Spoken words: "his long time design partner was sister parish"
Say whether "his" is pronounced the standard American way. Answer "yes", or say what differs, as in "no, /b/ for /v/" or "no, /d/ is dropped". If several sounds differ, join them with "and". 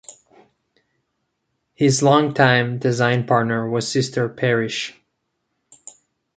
yes